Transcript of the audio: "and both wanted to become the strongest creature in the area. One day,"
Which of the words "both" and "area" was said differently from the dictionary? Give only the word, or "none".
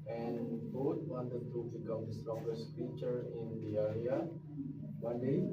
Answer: both